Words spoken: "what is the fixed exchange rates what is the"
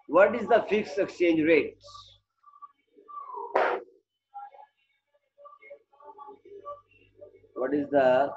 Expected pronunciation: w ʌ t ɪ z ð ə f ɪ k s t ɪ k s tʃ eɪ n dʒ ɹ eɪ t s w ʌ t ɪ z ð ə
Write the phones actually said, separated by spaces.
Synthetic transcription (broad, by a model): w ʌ t ɪ z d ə f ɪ k s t ɪ k s tʃ eɪ n dʒ ɹ eɪ t s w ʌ t ɪ z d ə